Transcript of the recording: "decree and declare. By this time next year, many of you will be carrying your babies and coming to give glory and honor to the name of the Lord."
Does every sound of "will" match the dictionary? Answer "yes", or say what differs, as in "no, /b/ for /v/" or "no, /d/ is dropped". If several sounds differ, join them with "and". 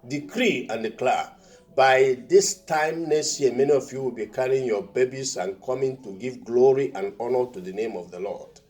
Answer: yes